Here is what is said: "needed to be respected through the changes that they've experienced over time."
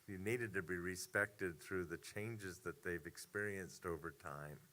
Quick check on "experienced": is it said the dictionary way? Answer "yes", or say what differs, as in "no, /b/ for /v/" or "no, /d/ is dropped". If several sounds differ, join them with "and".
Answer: yes